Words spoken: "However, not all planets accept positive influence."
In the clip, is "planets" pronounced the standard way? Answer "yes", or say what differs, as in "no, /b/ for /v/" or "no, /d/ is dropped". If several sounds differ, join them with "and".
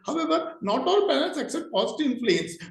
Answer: no, /l/ is dropped